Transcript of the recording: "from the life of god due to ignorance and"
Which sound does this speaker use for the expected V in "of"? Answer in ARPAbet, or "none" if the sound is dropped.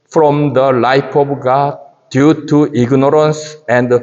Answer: B